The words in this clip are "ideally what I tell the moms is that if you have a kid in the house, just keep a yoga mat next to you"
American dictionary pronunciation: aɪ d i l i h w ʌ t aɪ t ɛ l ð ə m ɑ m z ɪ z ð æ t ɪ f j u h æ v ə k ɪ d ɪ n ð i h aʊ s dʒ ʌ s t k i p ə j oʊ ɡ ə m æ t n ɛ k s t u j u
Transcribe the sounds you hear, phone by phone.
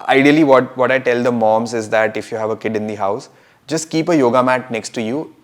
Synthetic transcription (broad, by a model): aɪ d i l i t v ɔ t aɪ t ɛ l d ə m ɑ m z ɪ z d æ t ɪ f j u h æ v ə k ɪ d ɪ n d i h aʊ s dʒ ʌ s t k i p ə j oʊ ɡ ə m æ t n ɛ k s t u j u